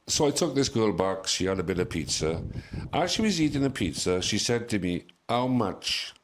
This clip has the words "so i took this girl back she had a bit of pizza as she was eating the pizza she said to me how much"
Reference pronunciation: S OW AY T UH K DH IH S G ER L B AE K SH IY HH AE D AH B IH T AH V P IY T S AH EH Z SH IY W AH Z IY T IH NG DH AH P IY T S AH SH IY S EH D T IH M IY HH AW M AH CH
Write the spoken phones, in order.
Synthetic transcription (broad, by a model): S OW AY T UH K DH IH S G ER L B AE K SH IY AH D AH B IH T AH V P IY T S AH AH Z SH IY W AH Z IY T IH NG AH P IY T S AH SH IY S EH D T IH M IY HH AW M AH CH